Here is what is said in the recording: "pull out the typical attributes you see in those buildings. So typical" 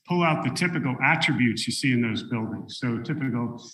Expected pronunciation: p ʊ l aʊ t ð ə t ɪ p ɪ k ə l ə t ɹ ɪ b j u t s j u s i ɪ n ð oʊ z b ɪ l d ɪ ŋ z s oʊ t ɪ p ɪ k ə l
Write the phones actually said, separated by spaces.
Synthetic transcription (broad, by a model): p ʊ l aʊ t ð ə t ɪ p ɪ k l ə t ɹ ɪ b j u t s j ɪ s i ɪ n ð oʊ z b ɪ l d ɪ ŋ z s oʊ t ɪ p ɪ k l